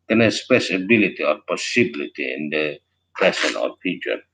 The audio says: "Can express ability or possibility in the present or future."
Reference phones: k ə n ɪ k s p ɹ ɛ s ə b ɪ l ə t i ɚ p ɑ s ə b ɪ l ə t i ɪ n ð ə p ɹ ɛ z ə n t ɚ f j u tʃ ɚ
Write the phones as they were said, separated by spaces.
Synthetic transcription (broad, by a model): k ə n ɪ s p ɛ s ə b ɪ l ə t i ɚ p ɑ s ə b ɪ l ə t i ɪ n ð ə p ɛ s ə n ɚ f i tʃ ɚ